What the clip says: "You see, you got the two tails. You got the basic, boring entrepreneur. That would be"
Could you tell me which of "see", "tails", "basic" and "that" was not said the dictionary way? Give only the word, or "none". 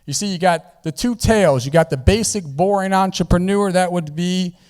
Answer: none